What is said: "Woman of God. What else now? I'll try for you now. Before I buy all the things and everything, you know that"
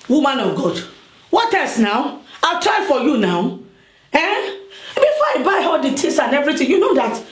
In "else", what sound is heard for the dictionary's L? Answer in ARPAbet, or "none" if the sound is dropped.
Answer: none